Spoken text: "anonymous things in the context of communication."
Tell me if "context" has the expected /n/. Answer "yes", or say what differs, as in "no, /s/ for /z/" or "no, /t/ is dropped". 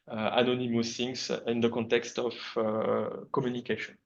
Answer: yes